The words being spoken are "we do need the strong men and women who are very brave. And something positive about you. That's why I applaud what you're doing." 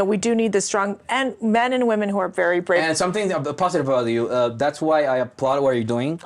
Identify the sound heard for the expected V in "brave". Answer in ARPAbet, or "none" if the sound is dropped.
none